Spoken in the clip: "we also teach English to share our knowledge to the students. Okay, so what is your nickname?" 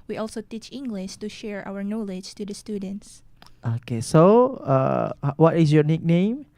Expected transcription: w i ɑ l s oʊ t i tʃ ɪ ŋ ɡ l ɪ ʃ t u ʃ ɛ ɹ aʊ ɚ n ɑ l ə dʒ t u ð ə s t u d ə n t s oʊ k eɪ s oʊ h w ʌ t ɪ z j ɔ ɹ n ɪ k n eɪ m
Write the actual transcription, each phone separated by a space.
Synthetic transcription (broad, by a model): w i ɑ l s oʊ t i tʃ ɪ ŋ ɡ l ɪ ʃ t u ʃ ɛ ɹ aʊ ɚ n ɑ l ə dʒ t u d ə s t u d ə n t s oʊ k eɪ s oʊ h w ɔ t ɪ s j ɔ n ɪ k n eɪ m